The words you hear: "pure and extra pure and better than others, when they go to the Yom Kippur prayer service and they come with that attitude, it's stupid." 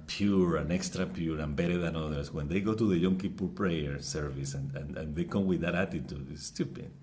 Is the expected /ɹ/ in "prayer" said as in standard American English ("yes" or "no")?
yes